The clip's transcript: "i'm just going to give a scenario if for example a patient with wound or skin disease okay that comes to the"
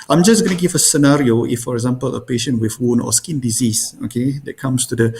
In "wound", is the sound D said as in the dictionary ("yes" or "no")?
no